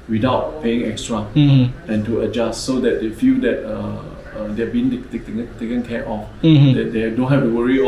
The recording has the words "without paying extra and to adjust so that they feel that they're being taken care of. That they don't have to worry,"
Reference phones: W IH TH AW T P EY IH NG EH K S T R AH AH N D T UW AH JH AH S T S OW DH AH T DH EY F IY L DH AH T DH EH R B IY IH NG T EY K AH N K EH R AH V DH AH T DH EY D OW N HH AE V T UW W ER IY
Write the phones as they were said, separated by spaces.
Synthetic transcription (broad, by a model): W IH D AW T P EY IH NG EH K S T R AH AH N T UW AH JH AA S T S OW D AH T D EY F IY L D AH T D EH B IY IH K T EY K AH N K EH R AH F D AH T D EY D OW N HH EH F T UW W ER IY